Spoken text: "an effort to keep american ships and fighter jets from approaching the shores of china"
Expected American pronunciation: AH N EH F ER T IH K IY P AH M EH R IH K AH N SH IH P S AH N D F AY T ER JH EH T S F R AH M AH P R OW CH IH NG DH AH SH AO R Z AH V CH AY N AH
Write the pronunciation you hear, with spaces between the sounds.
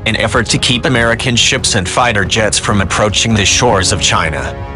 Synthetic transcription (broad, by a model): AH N EH F ER T IH K IY P AH M EH R IH K AH N SH IH P S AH N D F AY T ER JH EH T S F R AH M AH P R OW CH IH NG DH AH SH AO R Z AH V CH AY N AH